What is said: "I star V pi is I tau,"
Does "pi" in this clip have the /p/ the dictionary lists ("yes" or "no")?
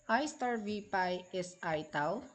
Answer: yes